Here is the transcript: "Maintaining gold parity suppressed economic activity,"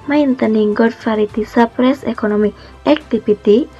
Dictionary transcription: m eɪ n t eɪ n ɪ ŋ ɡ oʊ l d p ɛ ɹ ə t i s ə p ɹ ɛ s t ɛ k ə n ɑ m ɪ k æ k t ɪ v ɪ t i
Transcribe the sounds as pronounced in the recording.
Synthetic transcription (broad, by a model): m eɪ n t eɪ n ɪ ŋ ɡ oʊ d f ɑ ɹ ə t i s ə p ɹ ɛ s ɛ k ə n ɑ m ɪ æ k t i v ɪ t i